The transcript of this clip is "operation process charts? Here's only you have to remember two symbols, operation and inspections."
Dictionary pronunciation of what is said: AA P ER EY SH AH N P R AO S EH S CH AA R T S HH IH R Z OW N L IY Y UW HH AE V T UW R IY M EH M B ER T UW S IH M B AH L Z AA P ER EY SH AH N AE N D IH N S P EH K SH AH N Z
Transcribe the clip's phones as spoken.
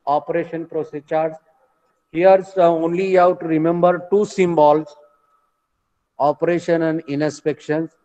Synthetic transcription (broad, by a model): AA P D EY SH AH N P R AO S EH CH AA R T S HH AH R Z OW N L IY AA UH T UW R IY M EH M B ER T UW S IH M B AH L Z AA P ER EY SH AH N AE N D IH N S P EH K SH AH N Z